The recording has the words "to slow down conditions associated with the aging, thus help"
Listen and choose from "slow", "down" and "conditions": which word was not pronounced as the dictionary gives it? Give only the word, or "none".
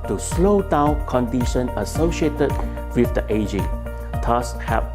conditions